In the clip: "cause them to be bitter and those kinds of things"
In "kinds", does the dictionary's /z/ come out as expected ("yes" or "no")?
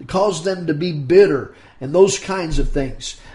yes